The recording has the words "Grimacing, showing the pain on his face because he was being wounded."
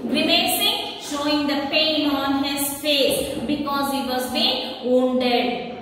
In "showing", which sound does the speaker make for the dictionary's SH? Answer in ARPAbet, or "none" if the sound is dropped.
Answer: SH